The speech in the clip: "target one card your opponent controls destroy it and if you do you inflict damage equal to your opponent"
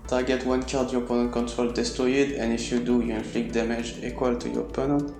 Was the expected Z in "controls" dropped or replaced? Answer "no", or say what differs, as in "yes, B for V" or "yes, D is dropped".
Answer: yes, Z is dropped